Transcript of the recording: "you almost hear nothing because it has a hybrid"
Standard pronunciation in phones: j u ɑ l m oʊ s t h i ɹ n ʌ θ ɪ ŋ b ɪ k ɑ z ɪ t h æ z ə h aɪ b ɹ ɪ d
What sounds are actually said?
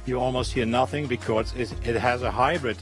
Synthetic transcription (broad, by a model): j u ɑ l m oʊ s t h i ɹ n ʌ θ ɪ ŋ b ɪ k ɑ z ɪ t h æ z ə h aɪ b ɹ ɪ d